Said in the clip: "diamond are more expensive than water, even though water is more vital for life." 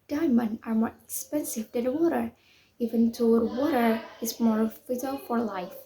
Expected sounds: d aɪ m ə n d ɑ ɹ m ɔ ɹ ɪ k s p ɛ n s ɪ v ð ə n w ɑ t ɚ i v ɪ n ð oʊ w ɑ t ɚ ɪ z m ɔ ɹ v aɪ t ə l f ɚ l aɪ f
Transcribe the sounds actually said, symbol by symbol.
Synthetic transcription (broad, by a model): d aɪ m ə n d ɑ ɹ m ɔ ɹ ɪ k s p ɛ n s ɪ v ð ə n w ɑ t ɚ i v ɪ n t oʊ w ɑ t ɚ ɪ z m ɔ ɹ f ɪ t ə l f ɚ l aɪ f